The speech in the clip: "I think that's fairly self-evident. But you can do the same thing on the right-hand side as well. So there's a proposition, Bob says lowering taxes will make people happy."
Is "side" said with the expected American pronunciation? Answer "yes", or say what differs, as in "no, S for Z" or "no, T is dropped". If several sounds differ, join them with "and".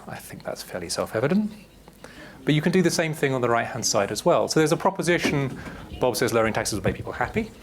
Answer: yes